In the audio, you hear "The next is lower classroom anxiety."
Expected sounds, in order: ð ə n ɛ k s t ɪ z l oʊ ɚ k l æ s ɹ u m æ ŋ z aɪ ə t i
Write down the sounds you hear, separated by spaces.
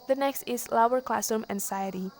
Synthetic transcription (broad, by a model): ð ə n ɛ k s t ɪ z l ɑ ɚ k l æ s u m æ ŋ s aɪ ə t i